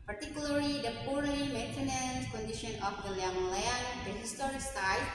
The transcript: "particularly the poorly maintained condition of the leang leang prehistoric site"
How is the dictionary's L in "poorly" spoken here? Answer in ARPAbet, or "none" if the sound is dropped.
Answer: none